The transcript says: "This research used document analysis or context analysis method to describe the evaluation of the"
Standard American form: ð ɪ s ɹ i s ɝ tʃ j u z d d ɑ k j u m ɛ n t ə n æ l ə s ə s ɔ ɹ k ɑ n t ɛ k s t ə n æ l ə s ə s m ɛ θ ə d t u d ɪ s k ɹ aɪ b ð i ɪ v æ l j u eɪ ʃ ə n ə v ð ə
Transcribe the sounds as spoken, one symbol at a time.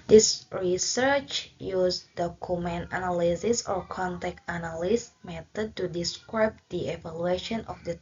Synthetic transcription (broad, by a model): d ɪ s ɹ i s ɝ tʃ j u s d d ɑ k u m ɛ n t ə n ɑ l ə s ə s ɔ ɹ k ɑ n t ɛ k t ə n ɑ l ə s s m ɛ t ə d t u d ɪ s k ɹ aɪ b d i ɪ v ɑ l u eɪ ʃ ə n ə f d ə